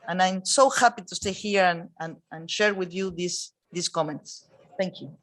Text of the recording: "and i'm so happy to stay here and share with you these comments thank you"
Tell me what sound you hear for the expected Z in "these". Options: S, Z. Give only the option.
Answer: S